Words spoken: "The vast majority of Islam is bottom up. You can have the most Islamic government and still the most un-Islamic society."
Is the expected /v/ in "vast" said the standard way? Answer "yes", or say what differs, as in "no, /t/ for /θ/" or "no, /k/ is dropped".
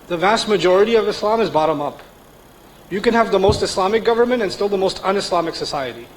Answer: yes